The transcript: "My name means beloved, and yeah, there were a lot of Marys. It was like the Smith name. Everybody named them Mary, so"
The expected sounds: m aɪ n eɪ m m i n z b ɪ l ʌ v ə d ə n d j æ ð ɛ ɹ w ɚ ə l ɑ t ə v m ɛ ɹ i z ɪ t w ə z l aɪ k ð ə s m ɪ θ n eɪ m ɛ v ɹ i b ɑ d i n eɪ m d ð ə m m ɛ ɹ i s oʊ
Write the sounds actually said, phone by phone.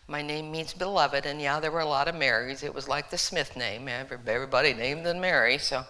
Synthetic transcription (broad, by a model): m aɪ n eɪ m m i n s b ɪ l ʌ v ə d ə n j æ ð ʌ ɹ w ɚ ə l ɑ t ə v m ɛ ɹ i z ɪ t w ə z l aɪ k ð ə s m ɪ θ n eɪ m ɛ v ɹ i b ɑ d i n eɪ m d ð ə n m ɛ ɹ i s oʊ